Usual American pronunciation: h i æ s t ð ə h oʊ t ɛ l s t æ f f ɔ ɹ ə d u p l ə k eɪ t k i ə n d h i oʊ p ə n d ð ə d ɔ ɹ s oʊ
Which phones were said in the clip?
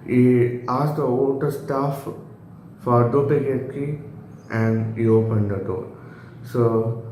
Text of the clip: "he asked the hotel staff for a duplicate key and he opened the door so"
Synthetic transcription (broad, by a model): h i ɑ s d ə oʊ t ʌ s t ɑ f f ɔ ɹ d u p ə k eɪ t k i ə n d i oʊ p ə n d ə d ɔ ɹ s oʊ